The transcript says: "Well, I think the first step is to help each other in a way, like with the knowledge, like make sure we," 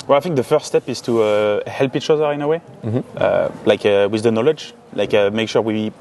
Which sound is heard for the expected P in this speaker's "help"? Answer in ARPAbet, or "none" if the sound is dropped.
P